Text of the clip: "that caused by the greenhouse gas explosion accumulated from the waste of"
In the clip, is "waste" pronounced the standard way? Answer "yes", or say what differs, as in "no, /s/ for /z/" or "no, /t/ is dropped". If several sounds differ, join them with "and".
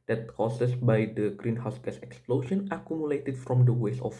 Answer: no, /t/ is dropped